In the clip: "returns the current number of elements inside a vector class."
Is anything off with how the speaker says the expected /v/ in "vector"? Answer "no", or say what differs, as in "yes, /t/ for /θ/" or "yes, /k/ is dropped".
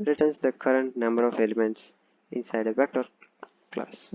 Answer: yes, /b/ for /v/